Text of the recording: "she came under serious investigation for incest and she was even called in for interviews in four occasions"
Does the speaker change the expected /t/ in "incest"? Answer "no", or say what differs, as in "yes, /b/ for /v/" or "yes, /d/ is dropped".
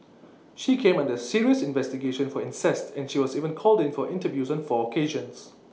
no